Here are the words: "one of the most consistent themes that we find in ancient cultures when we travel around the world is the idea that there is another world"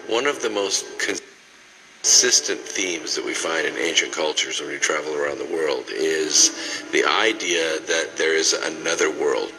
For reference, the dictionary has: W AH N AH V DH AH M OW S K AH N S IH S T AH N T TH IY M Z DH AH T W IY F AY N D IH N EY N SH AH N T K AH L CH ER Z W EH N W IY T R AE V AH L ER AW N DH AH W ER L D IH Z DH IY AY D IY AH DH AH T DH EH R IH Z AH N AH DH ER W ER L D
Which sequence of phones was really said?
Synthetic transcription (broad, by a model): W AH N AH V DH AH M OW S K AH N S IH S T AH N TH IY M Z DH AH T W IY F AY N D IH N EY N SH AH N K AH L CH ER Z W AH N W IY T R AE V L ER AW N DH AH W ER L D IH Z DH IY AY D IY AH DH AH T DH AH R IH Z AH N AH DH ER W ER L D